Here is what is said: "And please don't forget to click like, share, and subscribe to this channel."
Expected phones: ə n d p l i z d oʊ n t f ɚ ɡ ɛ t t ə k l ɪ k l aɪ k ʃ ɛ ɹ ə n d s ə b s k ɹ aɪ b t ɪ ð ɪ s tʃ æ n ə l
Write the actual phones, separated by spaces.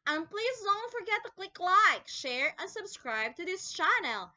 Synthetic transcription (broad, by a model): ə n p l i z d oʊ n t f ɚ ɡ ɛ t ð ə k l ɪ k l aɪ k ʃ ɛ ɹ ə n s ə b s k ɹ aɪ b t ɪ ð ɪ s tʃ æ n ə l